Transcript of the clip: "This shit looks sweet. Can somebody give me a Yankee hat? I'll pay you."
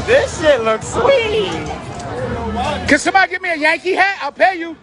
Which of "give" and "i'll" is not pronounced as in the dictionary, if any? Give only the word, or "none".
none